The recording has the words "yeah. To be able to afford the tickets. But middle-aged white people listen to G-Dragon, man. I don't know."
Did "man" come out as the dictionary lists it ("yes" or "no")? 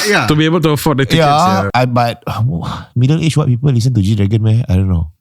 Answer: no